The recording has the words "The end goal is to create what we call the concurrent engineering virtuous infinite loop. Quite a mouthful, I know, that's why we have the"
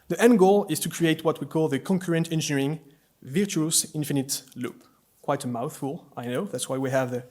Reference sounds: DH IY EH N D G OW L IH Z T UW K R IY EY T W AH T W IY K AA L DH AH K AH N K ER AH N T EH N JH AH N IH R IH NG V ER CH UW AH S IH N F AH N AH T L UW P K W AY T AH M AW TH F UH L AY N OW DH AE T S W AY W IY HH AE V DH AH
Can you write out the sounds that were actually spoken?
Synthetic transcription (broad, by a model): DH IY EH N G OW L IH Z T UW K R IY EY T W AH T W IY K AA L DH AH K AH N K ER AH N T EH N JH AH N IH R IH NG V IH CH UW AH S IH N F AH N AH T L UW P K W AY T AH M AW TH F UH L AY N OW DH AE T S W AY W IY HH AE V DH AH